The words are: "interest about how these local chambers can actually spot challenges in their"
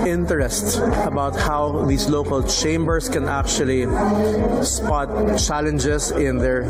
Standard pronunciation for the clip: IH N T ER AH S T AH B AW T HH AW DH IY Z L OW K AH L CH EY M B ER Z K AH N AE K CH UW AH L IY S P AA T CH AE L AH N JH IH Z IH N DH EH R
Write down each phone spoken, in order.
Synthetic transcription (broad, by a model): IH N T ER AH S T AH B AW T HH AW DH IY S L OW K AH L CH EY M B ER S K AH N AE K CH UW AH L IY S P AA T CH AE L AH N JH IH S IH N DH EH R